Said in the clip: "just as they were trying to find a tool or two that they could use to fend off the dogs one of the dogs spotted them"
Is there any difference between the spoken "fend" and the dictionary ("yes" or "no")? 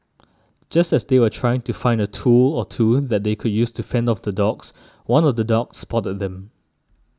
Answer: no